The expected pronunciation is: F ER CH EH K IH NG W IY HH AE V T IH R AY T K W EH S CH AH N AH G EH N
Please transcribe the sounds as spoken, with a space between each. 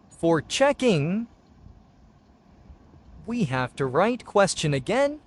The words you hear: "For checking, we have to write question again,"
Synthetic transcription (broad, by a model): F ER CH EH K IH NG W IY HH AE F T IH R AY T K W EH S CH AH N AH G EH N